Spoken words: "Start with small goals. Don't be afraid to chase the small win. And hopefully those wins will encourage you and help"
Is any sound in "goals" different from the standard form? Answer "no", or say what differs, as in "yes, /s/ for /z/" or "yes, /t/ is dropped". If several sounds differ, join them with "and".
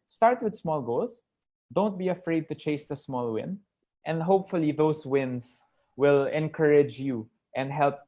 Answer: yes, /s/ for /z/